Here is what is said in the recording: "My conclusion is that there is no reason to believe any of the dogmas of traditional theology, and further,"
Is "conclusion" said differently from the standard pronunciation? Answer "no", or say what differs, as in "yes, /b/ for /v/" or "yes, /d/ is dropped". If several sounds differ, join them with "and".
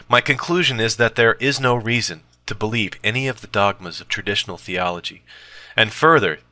no